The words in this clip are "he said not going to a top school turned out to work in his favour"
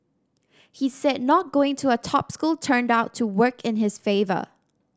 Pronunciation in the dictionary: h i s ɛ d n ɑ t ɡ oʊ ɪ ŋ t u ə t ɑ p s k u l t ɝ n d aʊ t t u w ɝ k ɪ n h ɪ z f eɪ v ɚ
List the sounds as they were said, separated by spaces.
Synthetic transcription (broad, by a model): h i s ɛ d n ɑ t ɡ oʊ ɪ ŋ t u ə t ɑ p s k u l t ɝ n d aʊ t t u w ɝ k ɪ n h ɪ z f eɪ v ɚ